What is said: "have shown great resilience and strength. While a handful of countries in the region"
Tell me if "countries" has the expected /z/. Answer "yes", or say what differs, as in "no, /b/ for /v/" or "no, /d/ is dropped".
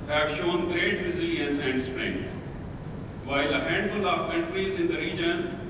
yes